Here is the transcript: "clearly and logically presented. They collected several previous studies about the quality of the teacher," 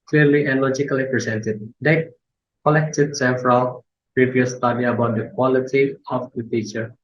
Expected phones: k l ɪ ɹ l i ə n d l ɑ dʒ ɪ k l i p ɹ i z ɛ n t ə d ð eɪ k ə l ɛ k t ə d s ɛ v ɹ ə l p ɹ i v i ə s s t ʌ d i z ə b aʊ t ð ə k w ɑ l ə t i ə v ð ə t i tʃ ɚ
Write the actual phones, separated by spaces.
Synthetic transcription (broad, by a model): k l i ɹ l i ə n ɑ l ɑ dʒ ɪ k l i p ɹ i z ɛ n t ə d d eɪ k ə l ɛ k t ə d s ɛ f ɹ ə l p ɹ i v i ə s s t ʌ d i ə b aʊ t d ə k w ɑ l ə t i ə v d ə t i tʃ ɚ